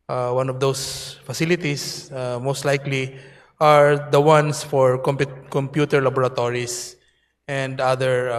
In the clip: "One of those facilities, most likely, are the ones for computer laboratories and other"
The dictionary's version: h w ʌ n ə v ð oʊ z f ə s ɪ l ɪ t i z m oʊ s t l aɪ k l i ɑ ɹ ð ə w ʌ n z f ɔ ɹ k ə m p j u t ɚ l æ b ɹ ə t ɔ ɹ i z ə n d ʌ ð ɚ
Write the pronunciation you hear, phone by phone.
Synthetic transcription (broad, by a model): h w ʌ n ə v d oʊ s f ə s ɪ l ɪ t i s m oʊ s t l aɪ k l i ɑ ɹ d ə w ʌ n s f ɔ ɹ k ə m p j u t ɚ l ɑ b ɹ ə t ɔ ɹ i s ə n d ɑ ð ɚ